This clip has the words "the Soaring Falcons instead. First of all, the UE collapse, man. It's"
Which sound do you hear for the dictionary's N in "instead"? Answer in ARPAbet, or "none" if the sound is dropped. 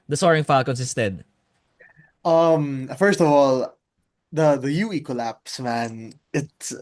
none